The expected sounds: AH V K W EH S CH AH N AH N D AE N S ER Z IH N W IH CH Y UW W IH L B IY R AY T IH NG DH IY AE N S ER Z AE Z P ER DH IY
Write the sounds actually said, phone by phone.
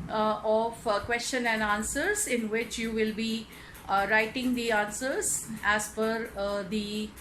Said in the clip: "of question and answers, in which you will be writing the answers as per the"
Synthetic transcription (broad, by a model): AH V K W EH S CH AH N AH N D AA N S ER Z IH N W IH CH Y UW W IH L B IY R AY T IH NG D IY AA N S ER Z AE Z F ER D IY